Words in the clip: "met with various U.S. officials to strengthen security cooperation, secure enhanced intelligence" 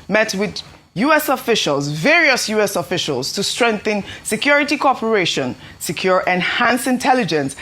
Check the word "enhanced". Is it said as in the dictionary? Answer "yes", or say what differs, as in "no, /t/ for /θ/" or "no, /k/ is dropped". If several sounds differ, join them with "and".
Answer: no, /t/ is dropped